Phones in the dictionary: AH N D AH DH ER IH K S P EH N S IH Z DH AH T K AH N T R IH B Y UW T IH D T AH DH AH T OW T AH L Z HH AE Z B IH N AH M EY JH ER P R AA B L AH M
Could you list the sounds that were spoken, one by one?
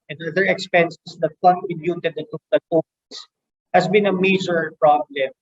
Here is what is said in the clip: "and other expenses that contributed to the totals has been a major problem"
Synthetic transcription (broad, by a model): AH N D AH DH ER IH K S P EH N S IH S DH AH T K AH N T IH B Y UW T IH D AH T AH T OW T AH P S HH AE S B IH N AH M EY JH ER P R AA B L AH M